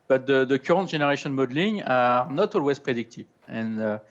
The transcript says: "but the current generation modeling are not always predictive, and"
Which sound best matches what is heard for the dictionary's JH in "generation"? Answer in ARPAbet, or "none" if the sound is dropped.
ZH